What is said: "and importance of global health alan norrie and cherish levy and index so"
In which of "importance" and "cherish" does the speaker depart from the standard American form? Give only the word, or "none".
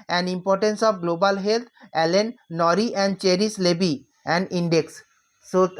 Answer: cherish